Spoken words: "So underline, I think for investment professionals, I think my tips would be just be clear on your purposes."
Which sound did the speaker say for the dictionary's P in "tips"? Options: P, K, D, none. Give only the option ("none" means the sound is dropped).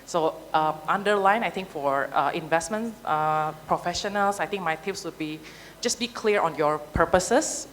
none